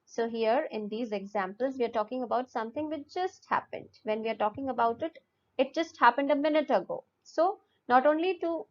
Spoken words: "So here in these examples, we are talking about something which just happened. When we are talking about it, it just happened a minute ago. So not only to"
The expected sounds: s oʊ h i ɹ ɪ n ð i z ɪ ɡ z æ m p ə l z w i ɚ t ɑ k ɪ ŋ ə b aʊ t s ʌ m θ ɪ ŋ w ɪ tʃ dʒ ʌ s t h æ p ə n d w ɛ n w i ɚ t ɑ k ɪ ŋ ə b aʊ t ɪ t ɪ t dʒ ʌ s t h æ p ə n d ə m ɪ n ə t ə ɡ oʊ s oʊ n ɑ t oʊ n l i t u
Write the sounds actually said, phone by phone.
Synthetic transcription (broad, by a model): s oʊ h i ɹ ɪ n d i z ɪ ɡ z æ m p ə l z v i ɚ t ɑ k ɪ ŋ ə b aʊ t s ʌ m t ɪ ŋ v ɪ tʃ dʒ ʌ s t h æ p ə n d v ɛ n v i ɚ t ɑ k ɪ ŋ ə b aʊ t ɪ t ɪ t dʒ ʌ s t h æ p ə n d ə m ɪ n ə t ə ɡ oʊ s oʊ n ɑ t oʊ n l i t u